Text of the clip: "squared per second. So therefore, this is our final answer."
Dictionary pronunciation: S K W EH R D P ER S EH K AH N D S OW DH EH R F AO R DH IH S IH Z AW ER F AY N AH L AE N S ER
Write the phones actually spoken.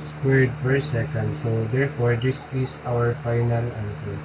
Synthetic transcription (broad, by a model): S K W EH R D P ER S EH K AH N D S OW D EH R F AO R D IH S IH S AW ER F AY N AH L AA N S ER